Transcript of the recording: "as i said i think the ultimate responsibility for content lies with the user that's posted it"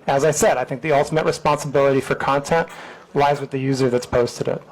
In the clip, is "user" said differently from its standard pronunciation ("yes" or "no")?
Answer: no